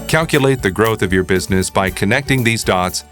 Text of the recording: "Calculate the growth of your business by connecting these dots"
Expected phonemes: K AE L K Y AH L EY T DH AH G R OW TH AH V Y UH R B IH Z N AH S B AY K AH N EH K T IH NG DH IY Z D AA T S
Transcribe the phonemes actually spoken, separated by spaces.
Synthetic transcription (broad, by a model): K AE L K Y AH L EY T DH AH G R OW TH AH V Y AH R B IH Z N AH S B AY K AH N EH K T IH NG DH IY Z D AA T S